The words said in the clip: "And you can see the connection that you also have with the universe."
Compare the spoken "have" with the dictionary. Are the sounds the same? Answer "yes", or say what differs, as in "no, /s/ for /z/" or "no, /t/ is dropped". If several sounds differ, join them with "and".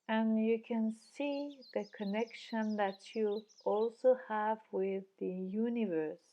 yes